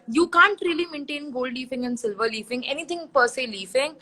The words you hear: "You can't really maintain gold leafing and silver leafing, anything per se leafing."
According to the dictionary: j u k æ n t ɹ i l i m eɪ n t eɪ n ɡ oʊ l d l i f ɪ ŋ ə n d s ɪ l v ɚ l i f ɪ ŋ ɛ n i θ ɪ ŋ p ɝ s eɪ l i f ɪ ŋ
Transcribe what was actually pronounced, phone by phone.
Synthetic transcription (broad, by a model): j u k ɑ n t ɹ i l i m eɪ n t eɪ n ɡ oʊ l d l i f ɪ ŋ ə n d s ɪ l v ɚ l i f ɪ ŋ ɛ n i t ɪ ŋ p ɝ s eɪ l i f ɪ ŋ